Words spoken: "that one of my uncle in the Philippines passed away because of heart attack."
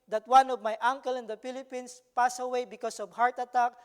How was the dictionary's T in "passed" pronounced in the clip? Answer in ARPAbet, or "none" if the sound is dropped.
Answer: none